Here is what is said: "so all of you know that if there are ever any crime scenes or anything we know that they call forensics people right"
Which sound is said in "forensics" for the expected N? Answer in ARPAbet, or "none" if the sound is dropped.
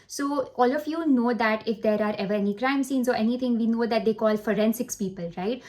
N